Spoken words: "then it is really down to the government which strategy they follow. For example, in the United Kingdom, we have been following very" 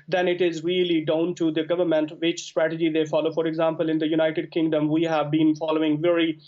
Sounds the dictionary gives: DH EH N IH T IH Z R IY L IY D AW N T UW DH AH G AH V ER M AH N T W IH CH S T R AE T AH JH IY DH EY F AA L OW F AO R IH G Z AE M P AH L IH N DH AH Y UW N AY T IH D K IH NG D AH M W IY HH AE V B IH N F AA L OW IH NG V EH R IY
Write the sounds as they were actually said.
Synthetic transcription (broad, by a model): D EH N IH T IH Z R IY L IY D AW N T UW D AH G AH V ER M AH N T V IH CH S T R AE T AH JH IY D EY F AA L OW F AO R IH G Z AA M P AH L IH N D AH Y UW N AY T IH D K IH NG D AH M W IY HH AE V B IH N F AA L OW IH NG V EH R IY